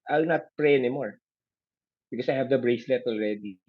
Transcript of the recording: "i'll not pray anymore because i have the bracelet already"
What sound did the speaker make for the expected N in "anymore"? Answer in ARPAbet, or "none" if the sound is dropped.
N